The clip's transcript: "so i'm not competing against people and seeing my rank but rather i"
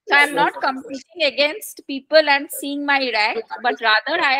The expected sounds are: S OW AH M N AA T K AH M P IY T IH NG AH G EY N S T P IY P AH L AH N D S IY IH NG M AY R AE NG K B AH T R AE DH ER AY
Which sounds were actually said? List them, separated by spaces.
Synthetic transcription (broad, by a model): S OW AH M N AA T K AH M P IY T IH NG AH G EY N S T P IY P AH L AH N D S IY IH NG M AY R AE K B AH T R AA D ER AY